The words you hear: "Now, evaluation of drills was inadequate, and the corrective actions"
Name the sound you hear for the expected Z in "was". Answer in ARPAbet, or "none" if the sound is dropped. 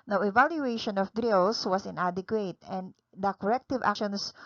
S